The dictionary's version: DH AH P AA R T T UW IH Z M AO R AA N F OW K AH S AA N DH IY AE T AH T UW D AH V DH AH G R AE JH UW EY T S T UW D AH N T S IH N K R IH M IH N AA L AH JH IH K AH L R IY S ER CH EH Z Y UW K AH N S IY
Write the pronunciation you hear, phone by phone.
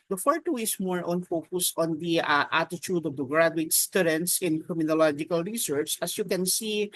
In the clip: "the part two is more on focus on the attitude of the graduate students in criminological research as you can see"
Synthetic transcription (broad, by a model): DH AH F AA R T T UW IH S M AO R AA N F OW K AH S AA N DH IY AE T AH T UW D AH V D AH G R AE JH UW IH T S T UW D AH N T S IH N K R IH M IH N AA L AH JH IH K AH L R IY S ER CH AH S Y UW K AH N S IY